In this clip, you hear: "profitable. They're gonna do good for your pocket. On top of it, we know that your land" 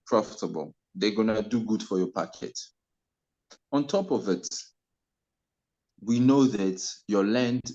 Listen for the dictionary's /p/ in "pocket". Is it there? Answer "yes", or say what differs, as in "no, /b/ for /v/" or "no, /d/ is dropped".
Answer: yes